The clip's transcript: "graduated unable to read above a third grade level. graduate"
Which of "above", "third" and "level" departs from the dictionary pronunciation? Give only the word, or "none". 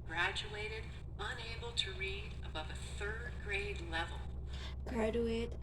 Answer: none